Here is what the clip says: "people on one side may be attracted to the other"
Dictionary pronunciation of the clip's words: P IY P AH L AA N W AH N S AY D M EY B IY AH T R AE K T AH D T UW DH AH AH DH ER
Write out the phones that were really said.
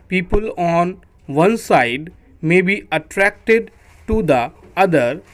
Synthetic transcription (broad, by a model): P IY P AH L AA N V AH N S AY D M EY B IY AH T R AE K T AH D T UW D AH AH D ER